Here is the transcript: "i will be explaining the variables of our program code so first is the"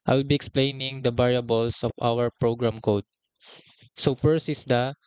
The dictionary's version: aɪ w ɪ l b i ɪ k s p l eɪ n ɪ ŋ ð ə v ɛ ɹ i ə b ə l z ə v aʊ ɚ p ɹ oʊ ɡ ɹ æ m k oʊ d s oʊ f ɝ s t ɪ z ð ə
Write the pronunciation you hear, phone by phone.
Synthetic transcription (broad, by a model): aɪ w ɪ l b i ɪ k s p l eɪ n ɪ ŋ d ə b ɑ ɹ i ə b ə l s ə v aʊ ɚ p ɹ oʊ ɡ ɹ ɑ m k oʊ d s oʊ p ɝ s ɪ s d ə